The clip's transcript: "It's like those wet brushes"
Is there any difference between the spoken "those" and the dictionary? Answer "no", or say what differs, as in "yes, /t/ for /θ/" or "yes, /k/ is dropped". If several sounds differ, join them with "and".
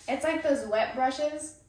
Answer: no